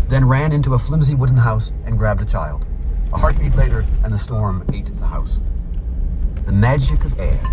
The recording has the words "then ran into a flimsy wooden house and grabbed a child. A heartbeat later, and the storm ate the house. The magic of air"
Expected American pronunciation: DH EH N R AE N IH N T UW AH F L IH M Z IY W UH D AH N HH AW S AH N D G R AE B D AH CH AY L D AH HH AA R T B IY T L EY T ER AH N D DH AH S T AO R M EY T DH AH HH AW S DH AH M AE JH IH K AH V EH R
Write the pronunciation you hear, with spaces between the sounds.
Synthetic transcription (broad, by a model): DH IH N R AE N IH N T UW AH F L IH M Z IY W UH D N HH AW S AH N G R AE B D AH CH AY L D AH HH AA R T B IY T L EY T ER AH N DH AH S T AO R M EY T DH AH HH AW S DH AH M AE JH IH K AH V EH R